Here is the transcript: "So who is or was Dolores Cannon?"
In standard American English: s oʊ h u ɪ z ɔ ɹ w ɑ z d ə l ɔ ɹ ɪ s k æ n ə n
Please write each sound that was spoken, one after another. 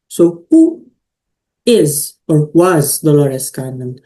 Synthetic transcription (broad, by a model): s oʊ h u ɪ z ɔ ɹ w ɑ z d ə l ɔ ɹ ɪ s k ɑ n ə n